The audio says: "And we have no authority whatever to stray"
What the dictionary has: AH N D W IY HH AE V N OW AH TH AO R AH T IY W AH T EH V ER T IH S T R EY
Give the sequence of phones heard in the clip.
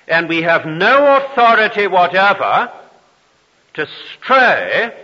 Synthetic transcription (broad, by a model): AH N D W IY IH V N OW AH TH AO R AH T IY W AH T EH V ER T IH S T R EY